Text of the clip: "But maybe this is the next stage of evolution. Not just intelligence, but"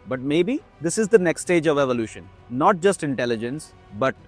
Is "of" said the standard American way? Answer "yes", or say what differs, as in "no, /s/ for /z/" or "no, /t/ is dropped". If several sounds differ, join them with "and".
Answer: yes